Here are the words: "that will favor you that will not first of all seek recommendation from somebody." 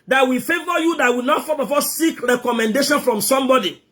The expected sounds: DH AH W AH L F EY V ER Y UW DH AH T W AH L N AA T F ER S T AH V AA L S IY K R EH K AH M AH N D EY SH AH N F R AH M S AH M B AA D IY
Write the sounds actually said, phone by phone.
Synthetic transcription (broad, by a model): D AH W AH F EY V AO Y UW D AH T W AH N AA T F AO T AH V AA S S IY K R EH K AH M AH N D EY SH AH N F R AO M S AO M B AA D IY